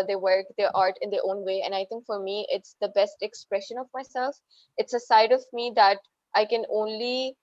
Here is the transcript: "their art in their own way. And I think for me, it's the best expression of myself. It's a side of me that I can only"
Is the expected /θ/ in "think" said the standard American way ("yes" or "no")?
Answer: no